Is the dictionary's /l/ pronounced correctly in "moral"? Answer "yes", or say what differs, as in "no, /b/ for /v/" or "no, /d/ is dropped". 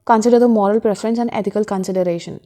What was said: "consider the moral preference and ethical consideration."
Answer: yes